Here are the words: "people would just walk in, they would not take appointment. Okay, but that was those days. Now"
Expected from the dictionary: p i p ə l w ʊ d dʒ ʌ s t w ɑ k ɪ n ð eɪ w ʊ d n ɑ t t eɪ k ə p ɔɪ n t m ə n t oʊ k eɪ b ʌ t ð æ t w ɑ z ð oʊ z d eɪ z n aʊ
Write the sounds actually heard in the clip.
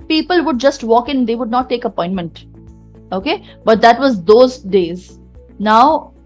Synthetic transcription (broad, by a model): p i p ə l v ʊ d dʒ ʌ s t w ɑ k ɪ n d eɪ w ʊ d n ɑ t t eɪ k ə p ɔɪ n t m ə n t oʊ k eɪ b ʌ t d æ t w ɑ z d oʊ z d eɪ z n aʊ